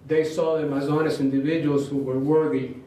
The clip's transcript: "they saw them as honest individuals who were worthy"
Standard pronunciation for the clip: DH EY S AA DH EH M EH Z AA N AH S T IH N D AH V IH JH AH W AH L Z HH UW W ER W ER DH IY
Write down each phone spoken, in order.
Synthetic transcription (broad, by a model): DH EY S AA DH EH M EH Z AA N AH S IH N D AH V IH JH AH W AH L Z HH UW W ER W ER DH IY